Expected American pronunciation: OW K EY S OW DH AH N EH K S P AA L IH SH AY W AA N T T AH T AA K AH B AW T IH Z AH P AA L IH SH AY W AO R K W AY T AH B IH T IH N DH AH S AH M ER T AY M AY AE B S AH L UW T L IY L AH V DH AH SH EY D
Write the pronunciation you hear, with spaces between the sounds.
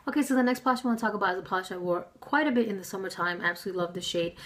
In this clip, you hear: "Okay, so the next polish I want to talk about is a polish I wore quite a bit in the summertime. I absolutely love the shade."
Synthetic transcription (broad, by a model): OW K EY S OW DH AH N EH K S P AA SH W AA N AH T AA K AH B AW T IH Z AH P AA L IH SH AY W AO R K W AY T AH B IH T IH N DH AH S AH M ER T AY M AY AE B S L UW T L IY L AH V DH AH SH EY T